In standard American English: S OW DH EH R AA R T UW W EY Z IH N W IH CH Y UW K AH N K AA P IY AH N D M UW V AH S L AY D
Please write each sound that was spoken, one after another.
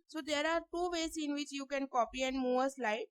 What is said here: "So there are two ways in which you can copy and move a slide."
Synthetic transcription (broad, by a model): S OW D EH R AA R T UW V EY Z IH N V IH CH Y UW K AH N K AA P IY AH N D M UW V AH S L AY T